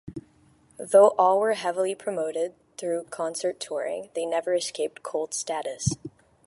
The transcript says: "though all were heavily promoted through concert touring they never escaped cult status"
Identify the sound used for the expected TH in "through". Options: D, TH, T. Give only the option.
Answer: TH